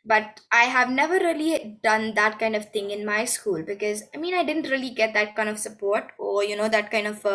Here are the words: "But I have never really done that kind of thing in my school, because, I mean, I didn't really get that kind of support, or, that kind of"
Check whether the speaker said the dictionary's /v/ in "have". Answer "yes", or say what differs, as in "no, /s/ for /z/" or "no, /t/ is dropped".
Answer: yes